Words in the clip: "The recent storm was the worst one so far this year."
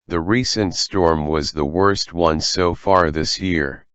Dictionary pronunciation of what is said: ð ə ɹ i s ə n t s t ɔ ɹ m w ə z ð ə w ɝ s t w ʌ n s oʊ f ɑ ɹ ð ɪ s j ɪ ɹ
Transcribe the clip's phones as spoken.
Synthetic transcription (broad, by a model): ð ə ɹ i s ə n t s t ɔ ɹ m w ə z ð ə w ɝ s t w ʌ n s oʊ f ɑ ɹ ð ɪ s j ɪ ɹ